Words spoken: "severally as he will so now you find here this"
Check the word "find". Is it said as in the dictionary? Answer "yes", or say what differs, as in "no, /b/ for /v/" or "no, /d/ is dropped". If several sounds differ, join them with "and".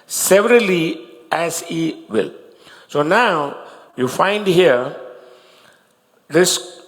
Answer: yes